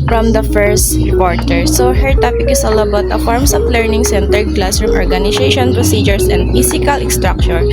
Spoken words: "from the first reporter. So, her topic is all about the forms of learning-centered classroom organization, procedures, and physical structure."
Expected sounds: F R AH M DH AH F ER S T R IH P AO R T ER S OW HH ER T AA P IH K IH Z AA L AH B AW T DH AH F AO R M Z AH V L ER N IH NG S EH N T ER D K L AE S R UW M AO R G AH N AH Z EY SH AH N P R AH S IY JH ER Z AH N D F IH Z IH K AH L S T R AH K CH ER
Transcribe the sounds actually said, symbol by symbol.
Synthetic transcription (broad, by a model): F R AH M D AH F ER S T R IH P AO R T ER S OW HH ER T AA P IH K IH S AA L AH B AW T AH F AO R M S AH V L ER N IH NG S EH N T ER D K L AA S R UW M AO R G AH N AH S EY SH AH N P R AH S IY JH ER S AH N D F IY S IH K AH L S T R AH K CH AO